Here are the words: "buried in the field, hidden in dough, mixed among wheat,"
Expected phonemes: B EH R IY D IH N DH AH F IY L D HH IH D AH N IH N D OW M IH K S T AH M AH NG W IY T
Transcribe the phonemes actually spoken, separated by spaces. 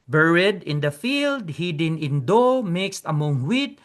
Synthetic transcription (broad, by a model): B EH R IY D IH N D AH F IY L D HH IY D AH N IH N D OW M IH K S T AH M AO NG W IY T